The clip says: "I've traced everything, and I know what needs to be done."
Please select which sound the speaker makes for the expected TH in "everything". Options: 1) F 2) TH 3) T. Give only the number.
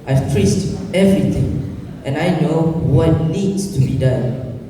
3